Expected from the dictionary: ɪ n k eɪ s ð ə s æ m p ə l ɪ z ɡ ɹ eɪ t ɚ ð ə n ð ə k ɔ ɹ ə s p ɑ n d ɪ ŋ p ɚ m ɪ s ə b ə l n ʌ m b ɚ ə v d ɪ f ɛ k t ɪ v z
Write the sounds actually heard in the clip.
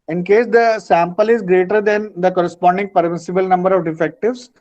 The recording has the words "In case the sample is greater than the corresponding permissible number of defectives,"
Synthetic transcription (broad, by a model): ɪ n k eɪ s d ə s æ m p ə l ɪ z ɡ ɹ eɪ t ɚ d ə n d ə k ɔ ɹ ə s p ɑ n d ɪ ŋ p ɚ m ɪ s ə b ə l n ʌ m b ɚ ə v d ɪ f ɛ k t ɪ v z